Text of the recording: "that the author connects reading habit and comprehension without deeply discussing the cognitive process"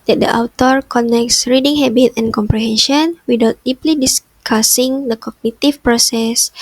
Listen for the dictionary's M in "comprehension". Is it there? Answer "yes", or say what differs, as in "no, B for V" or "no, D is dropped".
yes